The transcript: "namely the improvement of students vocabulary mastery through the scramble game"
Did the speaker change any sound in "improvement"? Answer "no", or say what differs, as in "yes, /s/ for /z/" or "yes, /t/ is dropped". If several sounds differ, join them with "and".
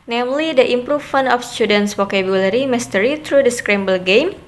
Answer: yes, /t/ is dropped